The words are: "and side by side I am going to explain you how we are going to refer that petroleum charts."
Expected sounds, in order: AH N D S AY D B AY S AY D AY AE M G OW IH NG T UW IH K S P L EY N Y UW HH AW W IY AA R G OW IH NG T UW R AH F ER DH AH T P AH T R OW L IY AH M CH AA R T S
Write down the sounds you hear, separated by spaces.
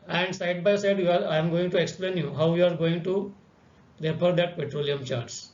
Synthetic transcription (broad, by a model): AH N D S AY D B AY S AY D AY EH M G OW IH NG T UW IH K S P L EY N Y UW HH AW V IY AA R G OW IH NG T UW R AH P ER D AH T P AH T R OW L IY AH M CH AA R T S